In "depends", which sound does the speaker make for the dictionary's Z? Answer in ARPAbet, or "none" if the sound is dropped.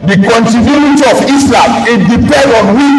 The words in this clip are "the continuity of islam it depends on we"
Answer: none